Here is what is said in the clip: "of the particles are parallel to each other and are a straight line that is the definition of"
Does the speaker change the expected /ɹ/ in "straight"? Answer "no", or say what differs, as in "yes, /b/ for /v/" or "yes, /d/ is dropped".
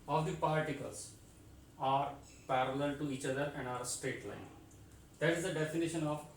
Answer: yes, /ɹ/ is dropped